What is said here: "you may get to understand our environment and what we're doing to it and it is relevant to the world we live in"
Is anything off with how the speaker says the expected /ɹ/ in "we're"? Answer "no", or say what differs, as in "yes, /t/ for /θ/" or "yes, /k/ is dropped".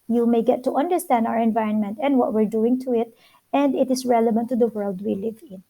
no